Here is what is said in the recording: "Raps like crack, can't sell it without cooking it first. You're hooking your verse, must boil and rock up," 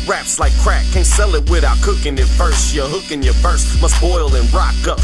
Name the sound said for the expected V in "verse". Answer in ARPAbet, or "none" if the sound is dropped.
F